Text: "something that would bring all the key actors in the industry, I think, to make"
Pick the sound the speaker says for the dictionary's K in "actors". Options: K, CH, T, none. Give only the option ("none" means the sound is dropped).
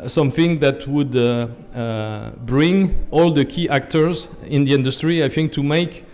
K